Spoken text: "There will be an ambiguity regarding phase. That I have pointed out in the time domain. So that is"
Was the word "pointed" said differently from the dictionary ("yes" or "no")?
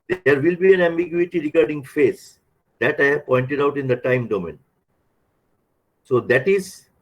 no